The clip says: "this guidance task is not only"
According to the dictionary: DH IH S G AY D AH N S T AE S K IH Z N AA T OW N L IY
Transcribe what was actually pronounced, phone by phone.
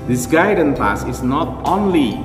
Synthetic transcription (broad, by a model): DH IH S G AY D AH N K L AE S IH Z N AA T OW N L IY